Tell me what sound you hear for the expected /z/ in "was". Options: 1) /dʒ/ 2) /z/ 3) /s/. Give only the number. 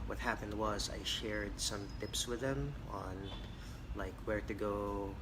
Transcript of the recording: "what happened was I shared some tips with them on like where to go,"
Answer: 2